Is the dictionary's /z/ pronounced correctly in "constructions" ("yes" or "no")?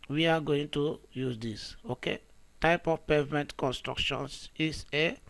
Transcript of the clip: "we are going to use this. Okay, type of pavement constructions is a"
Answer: no